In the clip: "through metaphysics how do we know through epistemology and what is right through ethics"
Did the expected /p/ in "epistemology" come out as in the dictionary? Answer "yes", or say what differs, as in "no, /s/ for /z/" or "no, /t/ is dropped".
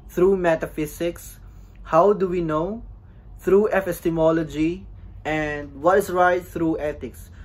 no, /f/ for /p/